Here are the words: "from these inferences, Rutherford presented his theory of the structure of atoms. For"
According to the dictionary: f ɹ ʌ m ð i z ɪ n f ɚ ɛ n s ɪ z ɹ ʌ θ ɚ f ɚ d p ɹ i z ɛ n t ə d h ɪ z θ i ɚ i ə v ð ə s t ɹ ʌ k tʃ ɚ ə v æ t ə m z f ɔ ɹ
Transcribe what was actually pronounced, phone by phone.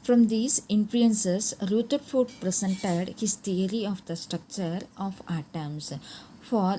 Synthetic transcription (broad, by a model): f ɹ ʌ m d i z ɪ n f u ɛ n s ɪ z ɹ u t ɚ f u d p ɹ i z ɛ n t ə d h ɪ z t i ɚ i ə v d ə s t ɹ ʌ k tʃ ɚ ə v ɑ t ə m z f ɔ ɹ